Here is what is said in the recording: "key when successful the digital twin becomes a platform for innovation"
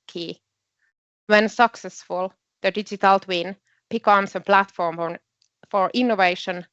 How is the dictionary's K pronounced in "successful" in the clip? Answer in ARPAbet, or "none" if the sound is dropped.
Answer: K